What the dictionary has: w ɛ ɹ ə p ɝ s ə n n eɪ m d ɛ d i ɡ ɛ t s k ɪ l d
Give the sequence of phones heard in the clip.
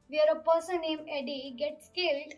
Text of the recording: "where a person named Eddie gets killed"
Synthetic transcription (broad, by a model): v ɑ ɹ ə p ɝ s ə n n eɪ m ɛ d i ɡ ɛ t s k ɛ l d